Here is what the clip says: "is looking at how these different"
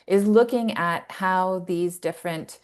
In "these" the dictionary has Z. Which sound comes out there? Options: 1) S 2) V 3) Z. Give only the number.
3